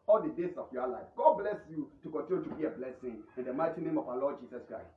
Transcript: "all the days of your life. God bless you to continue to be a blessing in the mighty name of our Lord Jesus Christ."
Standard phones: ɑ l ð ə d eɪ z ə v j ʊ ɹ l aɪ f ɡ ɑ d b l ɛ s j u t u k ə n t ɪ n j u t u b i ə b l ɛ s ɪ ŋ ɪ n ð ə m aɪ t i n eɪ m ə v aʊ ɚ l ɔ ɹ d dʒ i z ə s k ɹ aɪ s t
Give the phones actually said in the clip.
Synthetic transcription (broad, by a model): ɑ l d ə d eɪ s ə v j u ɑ l aɪ f ɡ ɑ d b l ɛ s j u t u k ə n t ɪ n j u t u b i ə b l ɛ s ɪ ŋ ɪ n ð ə m aɪ t i n eɪ m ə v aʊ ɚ l ɔ d dʒ i s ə s k ɹ aɪ s t